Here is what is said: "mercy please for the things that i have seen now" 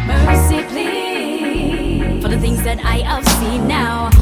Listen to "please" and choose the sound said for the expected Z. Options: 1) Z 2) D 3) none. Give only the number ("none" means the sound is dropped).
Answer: 3